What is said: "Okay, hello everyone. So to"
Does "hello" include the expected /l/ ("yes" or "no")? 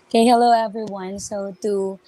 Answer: yes